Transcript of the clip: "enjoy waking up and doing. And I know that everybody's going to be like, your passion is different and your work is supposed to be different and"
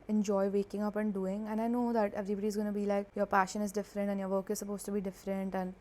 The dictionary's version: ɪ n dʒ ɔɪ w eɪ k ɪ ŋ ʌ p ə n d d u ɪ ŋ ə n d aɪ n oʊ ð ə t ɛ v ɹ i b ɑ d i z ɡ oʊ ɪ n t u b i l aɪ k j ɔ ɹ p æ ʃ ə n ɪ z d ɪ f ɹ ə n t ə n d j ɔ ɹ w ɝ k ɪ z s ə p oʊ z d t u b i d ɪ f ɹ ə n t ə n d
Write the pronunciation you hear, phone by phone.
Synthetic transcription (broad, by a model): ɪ n dʒ ɔɪ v eɪ k ɪ ŋ ʌ p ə n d d u ɪ ŋ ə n aɪ n oʊ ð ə t ɛ v ɹ i b ɑ d i z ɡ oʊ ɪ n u b i l aɪ k j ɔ ɹ p æ ʃ ə n ɪ z d ɪ f ɹ ə n t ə n j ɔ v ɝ k ɪ z s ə p oʊ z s t u b i d ɪ f ɹ ə n t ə n